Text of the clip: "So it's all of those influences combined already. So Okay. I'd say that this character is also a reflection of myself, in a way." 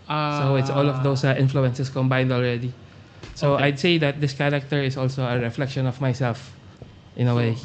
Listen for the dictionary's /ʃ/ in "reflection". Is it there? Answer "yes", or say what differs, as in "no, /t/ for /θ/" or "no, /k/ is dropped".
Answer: yes